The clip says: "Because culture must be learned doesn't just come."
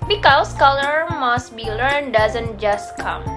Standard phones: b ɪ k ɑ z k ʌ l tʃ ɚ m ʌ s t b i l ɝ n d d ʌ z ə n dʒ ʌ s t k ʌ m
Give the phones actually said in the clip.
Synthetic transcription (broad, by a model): b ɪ k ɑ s k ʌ l ɚ m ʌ s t b i l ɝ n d d ʌ z ə n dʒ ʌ s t k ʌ m